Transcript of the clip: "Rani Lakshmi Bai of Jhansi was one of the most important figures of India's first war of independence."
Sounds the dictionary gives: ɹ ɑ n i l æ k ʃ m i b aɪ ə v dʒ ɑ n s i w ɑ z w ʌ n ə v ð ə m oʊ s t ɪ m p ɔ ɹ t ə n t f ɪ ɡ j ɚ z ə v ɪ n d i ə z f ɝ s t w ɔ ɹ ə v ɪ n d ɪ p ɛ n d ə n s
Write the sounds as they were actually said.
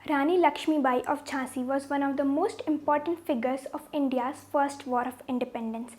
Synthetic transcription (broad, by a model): ɹ ɑ n i l æ k ʃ m i b aɪ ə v tʃ ɑ s i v ɑ z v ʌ n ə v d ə m oʊ s t ɪ m p ɔ ɹ t ə n t f ɪ ɡ ɚ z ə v ɪ n d i ə z f ɝ s t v ɔ ɹ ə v ɪ n d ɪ p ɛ n d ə n s